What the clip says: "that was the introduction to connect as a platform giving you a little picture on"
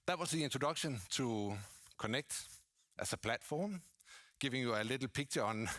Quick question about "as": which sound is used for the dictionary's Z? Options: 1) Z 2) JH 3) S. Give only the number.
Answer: 3